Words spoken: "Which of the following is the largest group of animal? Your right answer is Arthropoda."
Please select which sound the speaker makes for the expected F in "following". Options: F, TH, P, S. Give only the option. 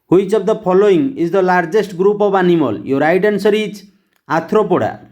P